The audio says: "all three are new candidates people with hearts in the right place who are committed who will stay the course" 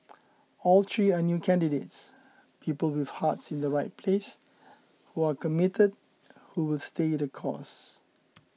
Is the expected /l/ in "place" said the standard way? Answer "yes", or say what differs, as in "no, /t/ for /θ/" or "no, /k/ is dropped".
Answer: yes